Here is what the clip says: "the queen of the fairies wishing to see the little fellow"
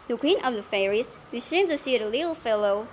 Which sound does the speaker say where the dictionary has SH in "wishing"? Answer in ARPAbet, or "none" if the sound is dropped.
S